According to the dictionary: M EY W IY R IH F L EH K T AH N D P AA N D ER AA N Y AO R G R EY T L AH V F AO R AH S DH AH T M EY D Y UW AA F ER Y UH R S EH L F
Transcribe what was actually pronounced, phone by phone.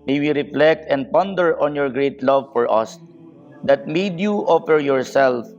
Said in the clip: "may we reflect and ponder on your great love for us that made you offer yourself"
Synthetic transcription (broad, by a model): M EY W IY R IH F L EH K T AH N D P AA N D ER AA N Y AO R G R EY T L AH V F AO R AH S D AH T M EY D Y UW AA F ER Y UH R S EH L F